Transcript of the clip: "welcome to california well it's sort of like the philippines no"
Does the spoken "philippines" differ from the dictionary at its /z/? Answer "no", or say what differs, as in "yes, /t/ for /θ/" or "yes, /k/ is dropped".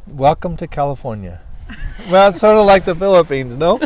no